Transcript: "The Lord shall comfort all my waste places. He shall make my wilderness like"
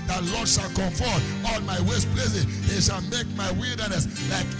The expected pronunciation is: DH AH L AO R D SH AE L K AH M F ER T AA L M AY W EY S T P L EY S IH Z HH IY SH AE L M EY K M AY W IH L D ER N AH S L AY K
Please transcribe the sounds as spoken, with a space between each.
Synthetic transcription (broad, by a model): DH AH L AO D SH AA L K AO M F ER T AA L M AY W EY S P L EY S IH HH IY SH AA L M EY K M AY W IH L D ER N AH S L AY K